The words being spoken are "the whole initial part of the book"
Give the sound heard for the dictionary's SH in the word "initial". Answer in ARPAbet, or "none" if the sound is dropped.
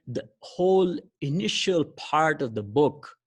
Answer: SH